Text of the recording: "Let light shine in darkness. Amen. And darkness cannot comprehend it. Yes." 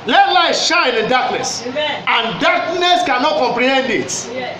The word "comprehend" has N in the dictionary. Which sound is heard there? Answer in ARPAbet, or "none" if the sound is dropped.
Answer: N